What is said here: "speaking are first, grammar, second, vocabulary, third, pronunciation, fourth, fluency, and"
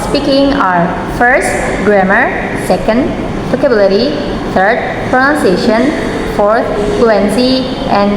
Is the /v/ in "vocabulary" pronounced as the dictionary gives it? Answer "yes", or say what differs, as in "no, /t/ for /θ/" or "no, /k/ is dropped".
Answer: no, /p/ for /v/